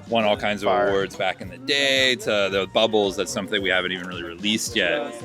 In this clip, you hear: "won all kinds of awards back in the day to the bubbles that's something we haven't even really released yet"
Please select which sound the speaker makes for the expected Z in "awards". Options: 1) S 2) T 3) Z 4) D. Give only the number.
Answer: 3